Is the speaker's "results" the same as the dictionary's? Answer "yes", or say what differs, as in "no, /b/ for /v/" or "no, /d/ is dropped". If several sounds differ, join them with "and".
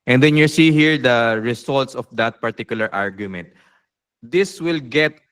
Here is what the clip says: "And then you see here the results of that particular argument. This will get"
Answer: no, /s/ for /z/